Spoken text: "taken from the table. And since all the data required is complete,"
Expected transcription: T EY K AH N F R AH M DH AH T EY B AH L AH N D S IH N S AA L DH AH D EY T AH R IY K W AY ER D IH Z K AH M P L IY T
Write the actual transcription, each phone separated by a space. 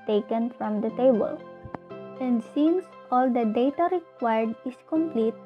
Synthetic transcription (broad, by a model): T EY K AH N F R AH M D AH T EY B AH L AH N D S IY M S AA L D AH D EY T AH R IY K W AY ER D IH S K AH M P L IY T